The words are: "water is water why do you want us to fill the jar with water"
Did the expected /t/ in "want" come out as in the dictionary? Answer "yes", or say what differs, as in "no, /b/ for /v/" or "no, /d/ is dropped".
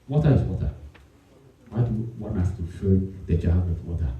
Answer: no, /t/ is dropped